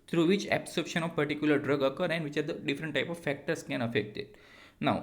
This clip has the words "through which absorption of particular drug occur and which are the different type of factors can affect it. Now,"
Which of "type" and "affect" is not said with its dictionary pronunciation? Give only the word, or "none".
none